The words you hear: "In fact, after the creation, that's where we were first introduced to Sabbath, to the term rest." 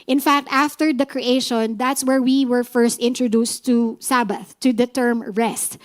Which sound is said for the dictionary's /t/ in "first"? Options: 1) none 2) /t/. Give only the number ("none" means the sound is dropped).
2